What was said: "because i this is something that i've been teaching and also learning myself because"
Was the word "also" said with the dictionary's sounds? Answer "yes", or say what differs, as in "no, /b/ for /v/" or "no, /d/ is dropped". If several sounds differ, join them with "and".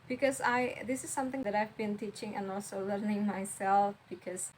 yes